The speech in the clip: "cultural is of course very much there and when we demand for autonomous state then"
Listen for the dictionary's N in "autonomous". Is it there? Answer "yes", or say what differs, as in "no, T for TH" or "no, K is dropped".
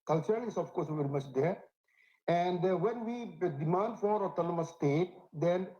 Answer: no, L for N